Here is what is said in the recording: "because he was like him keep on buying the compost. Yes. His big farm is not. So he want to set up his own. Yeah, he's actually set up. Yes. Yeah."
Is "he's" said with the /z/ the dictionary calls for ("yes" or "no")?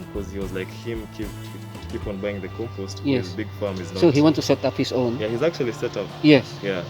yes